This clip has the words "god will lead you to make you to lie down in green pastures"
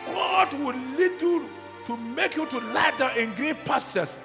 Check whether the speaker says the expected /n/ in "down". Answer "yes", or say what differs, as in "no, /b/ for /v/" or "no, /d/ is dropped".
no, /n/ is dropped